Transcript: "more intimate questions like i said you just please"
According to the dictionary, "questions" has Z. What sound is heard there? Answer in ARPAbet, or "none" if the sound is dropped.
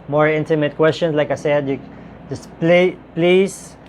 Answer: S